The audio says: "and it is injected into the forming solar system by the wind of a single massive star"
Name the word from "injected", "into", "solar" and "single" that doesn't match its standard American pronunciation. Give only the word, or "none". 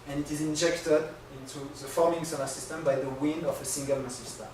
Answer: solar